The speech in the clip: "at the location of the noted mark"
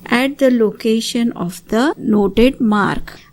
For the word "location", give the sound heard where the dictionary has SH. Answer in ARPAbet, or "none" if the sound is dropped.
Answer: SH